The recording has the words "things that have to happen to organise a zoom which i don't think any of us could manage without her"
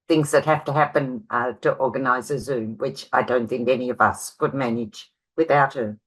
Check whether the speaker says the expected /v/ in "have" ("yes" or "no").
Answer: no